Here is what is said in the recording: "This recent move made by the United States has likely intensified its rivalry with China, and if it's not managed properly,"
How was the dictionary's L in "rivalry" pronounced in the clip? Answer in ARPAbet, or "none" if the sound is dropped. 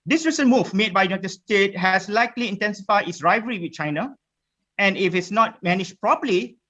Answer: none